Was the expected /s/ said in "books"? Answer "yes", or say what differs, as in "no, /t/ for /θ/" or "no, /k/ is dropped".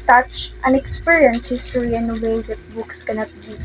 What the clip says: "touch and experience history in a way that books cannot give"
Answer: yes